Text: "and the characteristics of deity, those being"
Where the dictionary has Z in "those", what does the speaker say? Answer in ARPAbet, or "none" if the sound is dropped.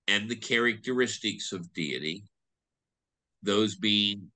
Z